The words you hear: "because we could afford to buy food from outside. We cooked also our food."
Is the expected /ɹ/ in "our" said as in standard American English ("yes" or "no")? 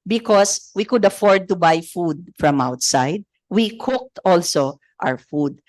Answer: no